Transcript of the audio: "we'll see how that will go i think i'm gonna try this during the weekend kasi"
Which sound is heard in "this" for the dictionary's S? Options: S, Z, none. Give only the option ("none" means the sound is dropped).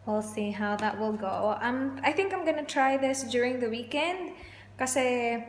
S